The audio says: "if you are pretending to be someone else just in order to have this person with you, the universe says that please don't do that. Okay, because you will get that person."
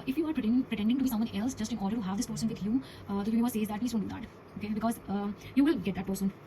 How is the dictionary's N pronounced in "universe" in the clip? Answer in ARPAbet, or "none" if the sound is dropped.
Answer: none